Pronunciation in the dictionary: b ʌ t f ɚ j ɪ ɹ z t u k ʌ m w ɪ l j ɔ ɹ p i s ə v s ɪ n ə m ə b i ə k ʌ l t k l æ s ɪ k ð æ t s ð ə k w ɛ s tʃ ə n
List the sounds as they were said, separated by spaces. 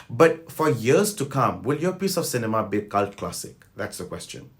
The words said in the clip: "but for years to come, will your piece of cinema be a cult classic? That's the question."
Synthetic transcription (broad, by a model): b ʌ t f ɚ j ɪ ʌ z t u k ʌ m w ɪ l j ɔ p i s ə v s ɪ n ə m ə b i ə k ʌ l t k l æ s ɪ k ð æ t s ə k w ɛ s tʃ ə n